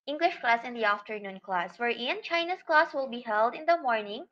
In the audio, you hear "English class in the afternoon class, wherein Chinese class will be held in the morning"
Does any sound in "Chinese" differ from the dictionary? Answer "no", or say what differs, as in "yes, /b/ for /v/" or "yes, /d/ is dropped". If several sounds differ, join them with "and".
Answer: yes, /s/ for /z/